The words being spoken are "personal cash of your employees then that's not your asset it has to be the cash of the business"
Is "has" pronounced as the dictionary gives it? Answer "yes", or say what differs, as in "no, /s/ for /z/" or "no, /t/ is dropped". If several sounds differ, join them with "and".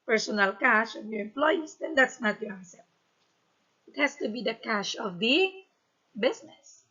no, /s/ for /z/